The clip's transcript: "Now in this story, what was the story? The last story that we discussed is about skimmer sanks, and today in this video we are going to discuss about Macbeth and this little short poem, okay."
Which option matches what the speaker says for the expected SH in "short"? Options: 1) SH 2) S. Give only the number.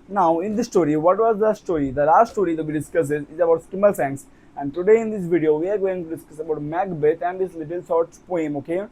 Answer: 2